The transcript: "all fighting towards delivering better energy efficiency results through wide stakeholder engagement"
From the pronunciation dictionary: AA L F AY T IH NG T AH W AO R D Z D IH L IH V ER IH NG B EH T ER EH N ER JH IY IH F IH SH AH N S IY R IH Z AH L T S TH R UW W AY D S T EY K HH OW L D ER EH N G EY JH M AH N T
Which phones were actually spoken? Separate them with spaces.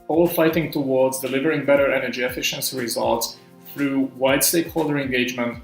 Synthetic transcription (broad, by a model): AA L F AY T IH NG T AH W AO R D Z D IH L IH V ER IH NG B EH T ER EH N ER JH IY IH F IH SH AH N S IY R IH Z AH L T S TH R UW W AY D S T EY K HH OW L D ER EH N G EY JH M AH N T